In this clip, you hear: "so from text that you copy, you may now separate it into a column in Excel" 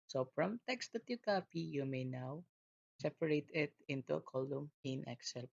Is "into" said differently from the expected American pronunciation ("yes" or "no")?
no